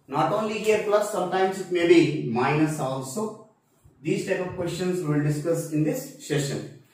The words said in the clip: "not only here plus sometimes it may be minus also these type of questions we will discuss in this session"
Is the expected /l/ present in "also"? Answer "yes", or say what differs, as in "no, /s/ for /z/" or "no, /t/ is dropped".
yes